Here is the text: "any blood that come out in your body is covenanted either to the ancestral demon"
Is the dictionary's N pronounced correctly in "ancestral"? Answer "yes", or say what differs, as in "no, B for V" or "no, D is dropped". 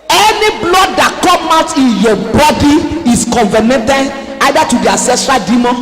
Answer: no, N is dropped